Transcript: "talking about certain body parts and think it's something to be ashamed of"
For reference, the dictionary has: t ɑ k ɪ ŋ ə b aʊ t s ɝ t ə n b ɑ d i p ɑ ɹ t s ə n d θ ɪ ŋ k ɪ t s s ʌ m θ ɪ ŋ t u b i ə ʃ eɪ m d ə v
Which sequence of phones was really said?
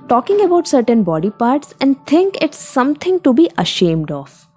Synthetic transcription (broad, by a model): t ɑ k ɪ ŋ ə b aʊ t s ɝ t ə n b ɑ d i p ɑ ɹ t s ə n d t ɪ ŋ k ɪ t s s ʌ m t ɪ ŋ t u b i ə ʃ eɪ m d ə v